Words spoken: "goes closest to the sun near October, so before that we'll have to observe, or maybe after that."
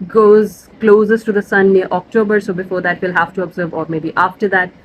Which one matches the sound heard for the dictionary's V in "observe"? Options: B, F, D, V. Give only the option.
V